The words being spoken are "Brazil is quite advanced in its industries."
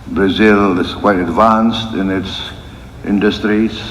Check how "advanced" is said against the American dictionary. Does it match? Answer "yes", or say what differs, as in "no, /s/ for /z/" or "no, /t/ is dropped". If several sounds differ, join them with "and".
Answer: yes